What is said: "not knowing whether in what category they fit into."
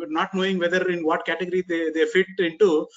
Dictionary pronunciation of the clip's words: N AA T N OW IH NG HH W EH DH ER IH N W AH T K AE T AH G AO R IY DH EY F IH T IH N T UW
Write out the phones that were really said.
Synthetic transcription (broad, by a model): N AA T N OW IH NG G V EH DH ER IH N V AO T K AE T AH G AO R IY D EY F IH T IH N T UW